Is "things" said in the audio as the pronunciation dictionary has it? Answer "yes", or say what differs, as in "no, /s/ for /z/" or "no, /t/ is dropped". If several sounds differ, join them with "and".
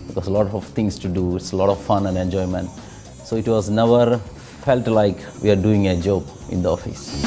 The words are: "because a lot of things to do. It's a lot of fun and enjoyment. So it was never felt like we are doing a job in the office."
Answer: no, /t/ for /θ/